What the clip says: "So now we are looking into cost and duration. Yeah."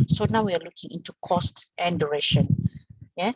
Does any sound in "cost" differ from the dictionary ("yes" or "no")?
no